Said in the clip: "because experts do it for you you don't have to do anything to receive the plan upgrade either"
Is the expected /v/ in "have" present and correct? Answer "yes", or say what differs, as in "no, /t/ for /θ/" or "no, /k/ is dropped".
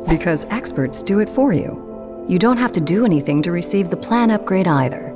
no, /f/ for /v/